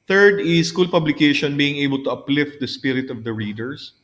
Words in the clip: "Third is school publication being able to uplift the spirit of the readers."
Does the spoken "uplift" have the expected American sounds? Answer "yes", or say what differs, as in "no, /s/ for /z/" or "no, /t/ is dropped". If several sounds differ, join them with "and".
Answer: yes